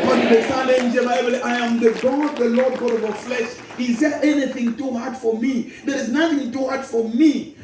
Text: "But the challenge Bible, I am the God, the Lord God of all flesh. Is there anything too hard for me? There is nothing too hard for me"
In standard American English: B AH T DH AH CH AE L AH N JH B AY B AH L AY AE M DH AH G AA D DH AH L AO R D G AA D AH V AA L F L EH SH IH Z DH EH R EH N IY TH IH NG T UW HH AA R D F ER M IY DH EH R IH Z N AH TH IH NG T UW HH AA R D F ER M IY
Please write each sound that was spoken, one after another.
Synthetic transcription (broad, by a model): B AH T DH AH S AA N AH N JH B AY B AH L AY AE M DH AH G AA D DH AH L AO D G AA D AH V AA F L EH SH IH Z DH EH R EH N IY TH IH NG T UW HH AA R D F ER M IY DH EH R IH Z N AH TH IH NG T UW HH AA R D F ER M IY